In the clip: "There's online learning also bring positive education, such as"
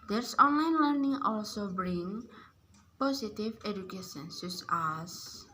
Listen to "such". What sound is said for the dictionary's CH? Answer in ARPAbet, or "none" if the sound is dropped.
S